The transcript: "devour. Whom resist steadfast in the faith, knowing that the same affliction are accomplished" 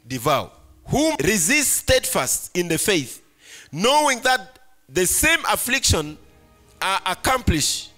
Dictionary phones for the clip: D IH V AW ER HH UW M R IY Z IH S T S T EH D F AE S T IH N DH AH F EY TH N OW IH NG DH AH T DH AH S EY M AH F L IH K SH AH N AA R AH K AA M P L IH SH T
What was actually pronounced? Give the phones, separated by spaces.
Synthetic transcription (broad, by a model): D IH V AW HH UW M R IY Z IH S T S T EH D F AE S T IH N DH AH F EY TH N OW IH NG DH AH T DH AH S EY M AH F L IH K SH AH N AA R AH K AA M P L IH SH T